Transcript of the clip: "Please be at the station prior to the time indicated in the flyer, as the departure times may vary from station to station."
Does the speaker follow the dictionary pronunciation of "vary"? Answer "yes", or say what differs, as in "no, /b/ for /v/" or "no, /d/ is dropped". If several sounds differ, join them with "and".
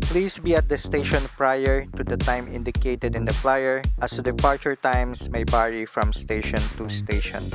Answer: no, /b/ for /v/